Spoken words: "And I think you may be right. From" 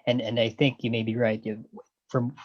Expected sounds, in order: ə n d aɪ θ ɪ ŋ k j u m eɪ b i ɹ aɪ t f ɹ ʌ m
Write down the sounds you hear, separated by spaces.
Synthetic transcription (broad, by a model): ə n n aɪ θ ɪ ŋ k j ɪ m eɪ b i ɹ aɪ t f ɹ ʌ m